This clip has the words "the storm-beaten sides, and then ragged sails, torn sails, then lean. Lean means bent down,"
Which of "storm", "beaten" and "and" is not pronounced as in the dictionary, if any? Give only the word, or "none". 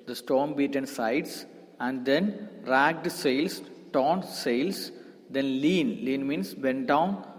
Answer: none